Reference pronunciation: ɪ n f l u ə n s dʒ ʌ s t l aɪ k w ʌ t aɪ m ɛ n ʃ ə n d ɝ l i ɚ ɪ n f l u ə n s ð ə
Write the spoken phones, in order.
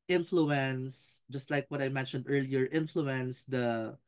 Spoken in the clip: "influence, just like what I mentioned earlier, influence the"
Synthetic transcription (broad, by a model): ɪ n f l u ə n s dʒ ʌ s t l aɪ k w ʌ t aɪ m ɛ n ʃ ə n d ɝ l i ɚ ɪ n f l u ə n s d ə